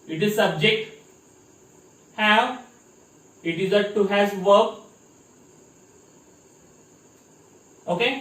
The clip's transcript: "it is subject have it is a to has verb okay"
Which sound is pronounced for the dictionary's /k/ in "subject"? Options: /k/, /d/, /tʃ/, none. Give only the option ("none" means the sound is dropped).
/k/